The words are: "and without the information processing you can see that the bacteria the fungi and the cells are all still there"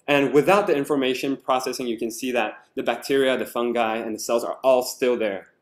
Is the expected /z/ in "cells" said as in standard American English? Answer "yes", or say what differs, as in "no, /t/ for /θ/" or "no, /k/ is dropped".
yes